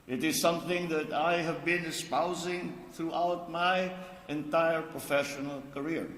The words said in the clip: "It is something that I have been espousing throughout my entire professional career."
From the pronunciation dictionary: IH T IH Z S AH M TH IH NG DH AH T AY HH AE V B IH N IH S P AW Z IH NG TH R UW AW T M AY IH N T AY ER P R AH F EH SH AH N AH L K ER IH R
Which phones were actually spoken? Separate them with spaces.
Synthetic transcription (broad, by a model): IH T IH Z S AH M TH IH NG DH AH T AY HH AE V B IH N IH S P AW Z IH NG TH R UW AW T M AY IH N T AY ER P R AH F EH SH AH N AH L K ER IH R